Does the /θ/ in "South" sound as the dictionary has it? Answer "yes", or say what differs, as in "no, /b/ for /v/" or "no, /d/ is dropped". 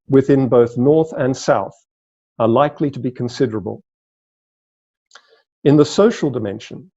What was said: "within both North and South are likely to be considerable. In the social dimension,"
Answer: yes